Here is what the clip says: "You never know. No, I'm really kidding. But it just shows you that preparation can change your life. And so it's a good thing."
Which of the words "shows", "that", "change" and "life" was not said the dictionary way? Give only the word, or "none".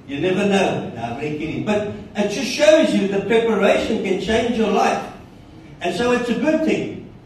none